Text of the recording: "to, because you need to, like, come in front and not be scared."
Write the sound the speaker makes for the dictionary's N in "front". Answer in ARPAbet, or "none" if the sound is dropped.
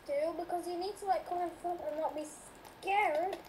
none